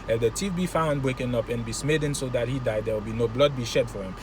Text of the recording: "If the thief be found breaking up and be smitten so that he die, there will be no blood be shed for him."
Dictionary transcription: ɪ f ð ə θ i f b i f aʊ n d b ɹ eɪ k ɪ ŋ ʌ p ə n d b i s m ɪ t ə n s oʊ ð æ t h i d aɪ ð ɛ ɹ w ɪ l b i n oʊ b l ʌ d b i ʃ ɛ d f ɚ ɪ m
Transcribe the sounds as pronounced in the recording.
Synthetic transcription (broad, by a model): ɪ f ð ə t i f b i f aʊ n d b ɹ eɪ k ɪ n ʌ p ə n b i s m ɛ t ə n s oʊ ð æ t h i d aɪ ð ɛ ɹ w ɪ l b i n oʊ b l ʌ d b i ʃ ɛ d f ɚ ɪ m